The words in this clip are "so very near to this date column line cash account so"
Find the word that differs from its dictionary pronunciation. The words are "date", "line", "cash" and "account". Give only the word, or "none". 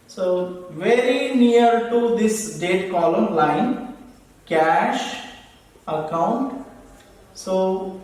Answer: none